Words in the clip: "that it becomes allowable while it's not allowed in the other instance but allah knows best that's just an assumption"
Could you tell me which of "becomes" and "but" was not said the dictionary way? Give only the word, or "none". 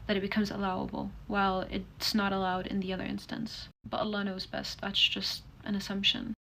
none